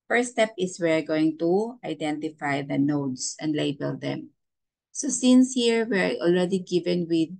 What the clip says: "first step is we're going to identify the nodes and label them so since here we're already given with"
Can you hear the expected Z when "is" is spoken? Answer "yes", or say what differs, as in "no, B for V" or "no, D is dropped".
no, S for Z